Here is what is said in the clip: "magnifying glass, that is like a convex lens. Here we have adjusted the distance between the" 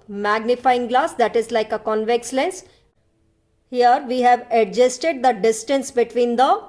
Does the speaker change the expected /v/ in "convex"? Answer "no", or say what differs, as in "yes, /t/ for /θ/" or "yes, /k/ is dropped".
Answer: no